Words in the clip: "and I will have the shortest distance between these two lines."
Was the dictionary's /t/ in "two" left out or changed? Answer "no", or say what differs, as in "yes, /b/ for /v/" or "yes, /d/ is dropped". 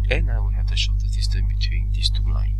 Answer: no